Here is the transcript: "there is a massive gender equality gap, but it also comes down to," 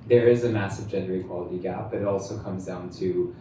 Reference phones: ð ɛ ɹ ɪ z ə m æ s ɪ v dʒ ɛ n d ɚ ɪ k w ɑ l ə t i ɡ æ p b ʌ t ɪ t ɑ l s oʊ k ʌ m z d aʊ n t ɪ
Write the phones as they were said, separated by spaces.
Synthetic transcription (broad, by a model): ð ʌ ɹ ɪ z ə m æ s ɪ v dʒ ɛ n d ɚ ɪ k w ɑ l ə t i ɡ æ p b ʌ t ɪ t ɑ l s oʊ k ʌ m z d aʊ n t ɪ